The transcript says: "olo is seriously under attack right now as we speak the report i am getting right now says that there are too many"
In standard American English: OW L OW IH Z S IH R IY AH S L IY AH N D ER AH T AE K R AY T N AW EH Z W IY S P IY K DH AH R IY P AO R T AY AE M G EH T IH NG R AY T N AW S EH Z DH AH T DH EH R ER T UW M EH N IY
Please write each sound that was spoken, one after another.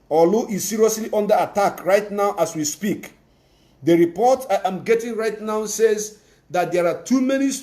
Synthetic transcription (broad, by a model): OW L OW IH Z S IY R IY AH S L IY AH N D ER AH T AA K R AY T N AW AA S W IY S P IY K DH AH R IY P AO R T AY M G EH T IH NG R AY T N AW S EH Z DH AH T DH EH R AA T UW M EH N IY